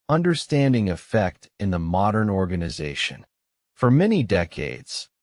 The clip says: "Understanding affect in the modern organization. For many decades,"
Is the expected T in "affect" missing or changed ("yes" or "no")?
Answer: no